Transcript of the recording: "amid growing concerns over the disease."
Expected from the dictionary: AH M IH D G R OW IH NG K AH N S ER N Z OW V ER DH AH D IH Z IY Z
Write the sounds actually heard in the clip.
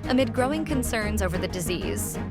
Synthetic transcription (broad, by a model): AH M IH D G R OW IH NG K AH N S ER N Z OW V ER DH AH D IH Z IY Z